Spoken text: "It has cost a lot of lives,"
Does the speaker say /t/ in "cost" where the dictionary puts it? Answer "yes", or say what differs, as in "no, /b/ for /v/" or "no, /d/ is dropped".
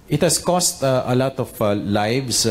yes